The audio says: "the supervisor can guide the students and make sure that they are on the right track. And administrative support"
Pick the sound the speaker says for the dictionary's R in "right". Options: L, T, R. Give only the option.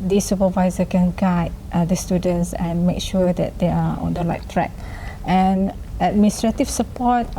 L